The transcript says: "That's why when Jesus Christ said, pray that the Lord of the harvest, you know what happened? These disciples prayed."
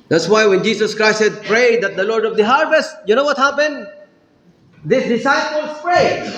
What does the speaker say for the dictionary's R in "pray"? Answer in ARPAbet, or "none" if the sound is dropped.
R